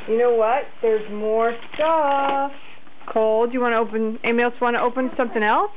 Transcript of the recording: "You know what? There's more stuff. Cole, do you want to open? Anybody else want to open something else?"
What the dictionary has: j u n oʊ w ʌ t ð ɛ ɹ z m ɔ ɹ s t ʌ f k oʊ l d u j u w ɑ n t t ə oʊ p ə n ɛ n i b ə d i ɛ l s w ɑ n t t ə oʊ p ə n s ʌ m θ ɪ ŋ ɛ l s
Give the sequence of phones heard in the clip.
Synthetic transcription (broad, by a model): j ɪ n oʊ w ʌ t ð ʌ ɹ z m ɔ ɹ s t ʌ f k oʊ l d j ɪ w ɑ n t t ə oʊ p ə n n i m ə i l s w ɑ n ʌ t ə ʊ p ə n s ʌ m θ ɪ ŋ ɛ l s